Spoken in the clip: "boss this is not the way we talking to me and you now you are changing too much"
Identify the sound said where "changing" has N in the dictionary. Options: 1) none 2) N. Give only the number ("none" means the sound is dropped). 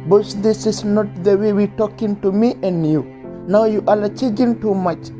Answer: 1